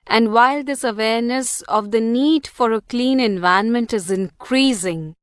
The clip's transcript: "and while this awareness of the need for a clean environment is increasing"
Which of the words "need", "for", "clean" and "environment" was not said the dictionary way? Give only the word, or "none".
environment